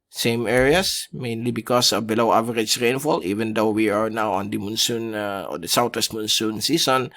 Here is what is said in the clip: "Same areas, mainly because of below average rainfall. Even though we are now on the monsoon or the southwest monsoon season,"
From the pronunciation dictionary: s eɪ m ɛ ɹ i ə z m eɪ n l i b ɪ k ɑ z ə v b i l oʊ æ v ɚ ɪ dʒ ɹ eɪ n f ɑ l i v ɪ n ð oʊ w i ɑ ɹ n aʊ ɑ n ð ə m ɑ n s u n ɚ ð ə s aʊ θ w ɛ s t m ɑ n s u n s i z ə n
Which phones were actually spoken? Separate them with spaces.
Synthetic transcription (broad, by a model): s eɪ m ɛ ɹ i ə s m eɪ n l i b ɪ k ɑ s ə b i l oʊ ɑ v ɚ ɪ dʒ ɹ eɪ n f ɑ l i v ɪ n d oʊ w i ɑ ɹ n aʊ ɑ n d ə m ɑ n s u n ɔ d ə s aʊ t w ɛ s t m ɑ n s u n s i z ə n